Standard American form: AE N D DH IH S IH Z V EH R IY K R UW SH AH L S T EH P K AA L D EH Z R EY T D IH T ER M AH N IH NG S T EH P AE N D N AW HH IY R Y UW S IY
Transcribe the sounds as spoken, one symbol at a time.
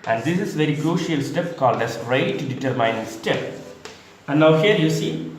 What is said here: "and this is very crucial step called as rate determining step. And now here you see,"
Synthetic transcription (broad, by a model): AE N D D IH S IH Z V EH R IY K R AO SH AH L S T EH P K AA L D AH S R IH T D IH T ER M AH IH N S T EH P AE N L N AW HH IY R Y UW S IY